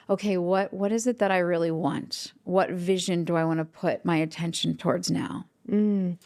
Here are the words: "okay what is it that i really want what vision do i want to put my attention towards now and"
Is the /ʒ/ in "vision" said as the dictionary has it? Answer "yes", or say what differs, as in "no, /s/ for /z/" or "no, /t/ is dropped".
yes